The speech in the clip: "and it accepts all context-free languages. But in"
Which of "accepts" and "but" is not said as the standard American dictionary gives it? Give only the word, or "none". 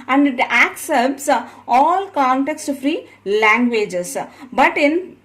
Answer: none